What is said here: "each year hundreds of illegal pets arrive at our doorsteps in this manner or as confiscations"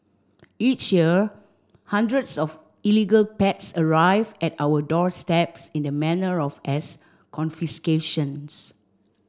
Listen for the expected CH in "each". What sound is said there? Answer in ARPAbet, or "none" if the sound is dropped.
CH